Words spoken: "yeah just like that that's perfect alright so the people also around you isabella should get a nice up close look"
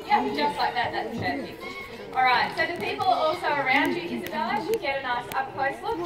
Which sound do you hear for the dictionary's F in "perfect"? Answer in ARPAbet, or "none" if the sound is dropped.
none